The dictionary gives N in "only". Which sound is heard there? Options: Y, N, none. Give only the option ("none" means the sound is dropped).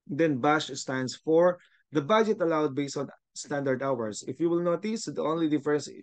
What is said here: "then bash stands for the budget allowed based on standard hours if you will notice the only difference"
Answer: N